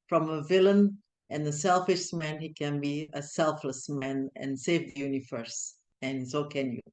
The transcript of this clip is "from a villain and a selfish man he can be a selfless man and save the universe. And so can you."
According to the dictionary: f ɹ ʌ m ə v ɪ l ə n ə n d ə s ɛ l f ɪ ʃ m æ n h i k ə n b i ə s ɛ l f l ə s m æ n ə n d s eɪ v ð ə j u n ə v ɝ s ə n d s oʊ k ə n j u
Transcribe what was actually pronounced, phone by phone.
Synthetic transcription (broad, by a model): f ɹ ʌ m ə v ɪ l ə n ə n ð ə s ɛ l f ɪ ʃ m æ n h i k ə n b i ə s ɛ l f l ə s m æ n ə n s eɪ v ð ə j u n ə v ɝ s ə n s oʊ k ə n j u